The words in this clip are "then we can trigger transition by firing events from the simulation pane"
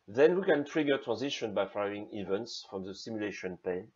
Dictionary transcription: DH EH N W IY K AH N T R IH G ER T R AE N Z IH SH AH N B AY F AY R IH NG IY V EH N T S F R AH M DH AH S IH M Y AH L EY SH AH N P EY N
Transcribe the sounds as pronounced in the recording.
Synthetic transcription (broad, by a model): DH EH N W IY K AH N T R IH G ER T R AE N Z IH SH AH N B AY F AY IH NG IY V EH N T S F R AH M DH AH S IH M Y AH L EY SH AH N P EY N